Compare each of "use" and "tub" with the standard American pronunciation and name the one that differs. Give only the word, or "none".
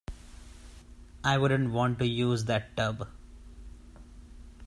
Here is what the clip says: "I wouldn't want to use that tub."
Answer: none